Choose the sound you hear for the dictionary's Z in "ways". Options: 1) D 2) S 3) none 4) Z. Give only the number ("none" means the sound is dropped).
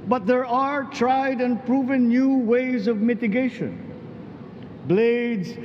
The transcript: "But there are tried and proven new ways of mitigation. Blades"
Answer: 4